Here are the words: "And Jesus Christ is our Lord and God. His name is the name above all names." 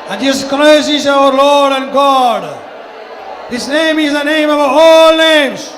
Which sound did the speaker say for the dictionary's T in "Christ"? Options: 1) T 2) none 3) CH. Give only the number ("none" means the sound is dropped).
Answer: 2